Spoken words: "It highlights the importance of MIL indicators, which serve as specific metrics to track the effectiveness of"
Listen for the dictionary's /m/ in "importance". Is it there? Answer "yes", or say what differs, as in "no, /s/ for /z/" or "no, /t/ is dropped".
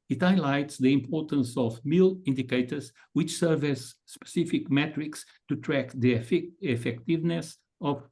yes